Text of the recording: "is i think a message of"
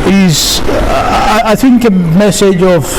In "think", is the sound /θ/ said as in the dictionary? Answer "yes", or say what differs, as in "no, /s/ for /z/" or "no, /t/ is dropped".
yes